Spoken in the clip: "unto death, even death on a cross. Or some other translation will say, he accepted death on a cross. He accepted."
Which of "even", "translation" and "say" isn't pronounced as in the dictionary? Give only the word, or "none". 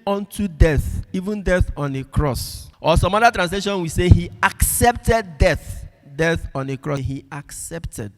none